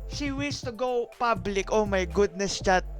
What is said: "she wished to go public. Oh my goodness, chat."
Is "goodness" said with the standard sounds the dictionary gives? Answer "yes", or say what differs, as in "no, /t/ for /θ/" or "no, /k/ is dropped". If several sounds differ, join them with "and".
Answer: yes